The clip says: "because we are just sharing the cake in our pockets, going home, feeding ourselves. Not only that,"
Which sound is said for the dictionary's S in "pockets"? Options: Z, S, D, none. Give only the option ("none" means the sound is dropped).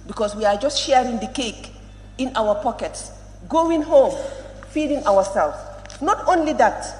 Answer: S